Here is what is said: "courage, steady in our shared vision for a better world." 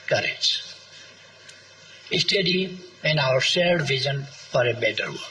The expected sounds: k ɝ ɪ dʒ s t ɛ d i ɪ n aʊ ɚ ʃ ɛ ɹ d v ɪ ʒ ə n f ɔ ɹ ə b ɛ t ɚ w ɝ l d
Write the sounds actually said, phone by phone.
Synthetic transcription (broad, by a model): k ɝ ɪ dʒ s t ɛ d i ɪ n aʊ ɚ s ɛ l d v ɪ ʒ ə n f ɔ ɹ ə b ɛ t ɚ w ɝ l